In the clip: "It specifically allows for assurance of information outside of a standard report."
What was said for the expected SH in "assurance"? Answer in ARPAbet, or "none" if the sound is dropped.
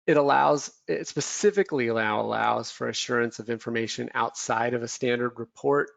SH